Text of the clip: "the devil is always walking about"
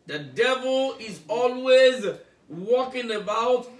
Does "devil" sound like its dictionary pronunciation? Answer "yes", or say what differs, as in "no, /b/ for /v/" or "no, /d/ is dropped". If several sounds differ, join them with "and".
yes